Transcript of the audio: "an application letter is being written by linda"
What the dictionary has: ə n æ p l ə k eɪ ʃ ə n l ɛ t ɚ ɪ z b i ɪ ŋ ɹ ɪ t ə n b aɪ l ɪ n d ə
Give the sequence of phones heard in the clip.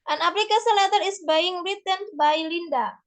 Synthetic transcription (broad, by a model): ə n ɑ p l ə k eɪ s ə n l ɛ t ɚ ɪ s b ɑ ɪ ŋ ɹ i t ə n b aɪ l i n d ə